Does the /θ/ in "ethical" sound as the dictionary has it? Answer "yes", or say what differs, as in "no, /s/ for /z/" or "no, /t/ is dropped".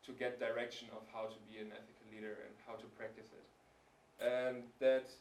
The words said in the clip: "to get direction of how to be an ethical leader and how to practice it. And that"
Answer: yes